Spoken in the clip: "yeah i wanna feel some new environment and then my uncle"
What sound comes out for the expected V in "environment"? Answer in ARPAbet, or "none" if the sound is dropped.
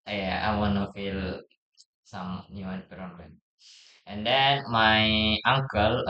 P